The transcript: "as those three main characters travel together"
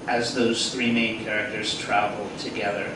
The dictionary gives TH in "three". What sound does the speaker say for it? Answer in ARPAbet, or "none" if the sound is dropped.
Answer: TH